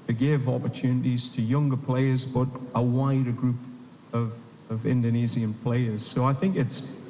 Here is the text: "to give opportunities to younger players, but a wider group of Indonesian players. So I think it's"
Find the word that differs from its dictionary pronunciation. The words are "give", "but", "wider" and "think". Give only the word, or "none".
none